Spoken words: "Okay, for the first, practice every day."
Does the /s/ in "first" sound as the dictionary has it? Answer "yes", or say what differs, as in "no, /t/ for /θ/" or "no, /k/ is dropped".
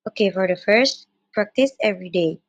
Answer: yes